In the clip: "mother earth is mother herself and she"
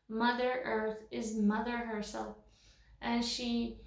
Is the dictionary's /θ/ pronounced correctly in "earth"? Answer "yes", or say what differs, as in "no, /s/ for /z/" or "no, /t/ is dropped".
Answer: yes